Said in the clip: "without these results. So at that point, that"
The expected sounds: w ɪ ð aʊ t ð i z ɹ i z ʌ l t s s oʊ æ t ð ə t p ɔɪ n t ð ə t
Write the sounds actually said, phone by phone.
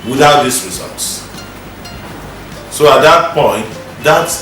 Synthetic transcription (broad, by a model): w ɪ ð aʊ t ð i s ɹ i z ʌ l t s s oʊ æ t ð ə t p ɔɪ n t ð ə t